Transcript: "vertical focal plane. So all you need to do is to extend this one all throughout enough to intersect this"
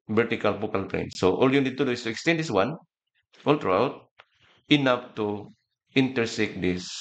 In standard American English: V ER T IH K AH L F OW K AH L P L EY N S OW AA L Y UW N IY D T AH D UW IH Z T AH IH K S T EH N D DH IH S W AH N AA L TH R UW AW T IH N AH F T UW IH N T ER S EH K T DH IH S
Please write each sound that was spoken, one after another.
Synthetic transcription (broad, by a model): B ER T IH K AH L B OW K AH L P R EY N S OW AA L Y UW N IY D T AH D UW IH S T AH IH K S T EH N D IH S W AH N AA L T R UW AW T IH N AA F T UW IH N T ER S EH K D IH S